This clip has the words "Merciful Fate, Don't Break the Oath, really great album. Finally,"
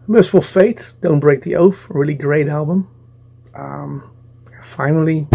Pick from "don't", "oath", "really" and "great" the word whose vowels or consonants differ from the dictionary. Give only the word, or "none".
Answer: oath